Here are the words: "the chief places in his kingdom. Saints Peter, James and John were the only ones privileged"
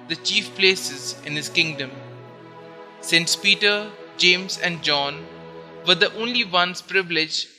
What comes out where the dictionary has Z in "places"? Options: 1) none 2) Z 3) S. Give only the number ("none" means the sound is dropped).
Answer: 2